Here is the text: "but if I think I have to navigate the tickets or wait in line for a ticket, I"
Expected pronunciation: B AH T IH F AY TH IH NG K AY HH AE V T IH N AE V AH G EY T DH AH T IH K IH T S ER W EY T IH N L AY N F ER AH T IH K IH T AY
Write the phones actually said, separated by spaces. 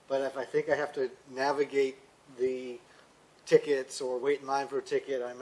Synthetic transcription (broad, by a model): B AH T IH F AY TH IH NG K AY HH AE F T IH N AE V AH G EY T DH AH T IH K IH T S ER W EY IH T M AY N F ER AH T IH K IH T AY